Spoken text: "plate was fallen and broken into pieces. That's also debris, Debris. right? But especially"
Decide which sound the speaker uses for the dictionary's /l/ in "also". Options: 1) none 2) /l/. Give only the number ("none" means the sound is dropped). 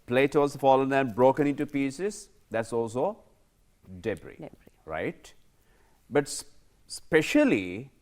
2